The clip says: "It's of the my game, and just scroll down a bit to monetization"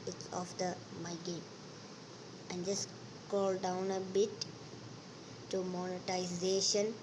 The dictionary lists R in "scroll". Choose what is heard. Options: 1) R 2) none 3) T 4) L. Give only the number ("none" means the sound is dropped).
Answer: 2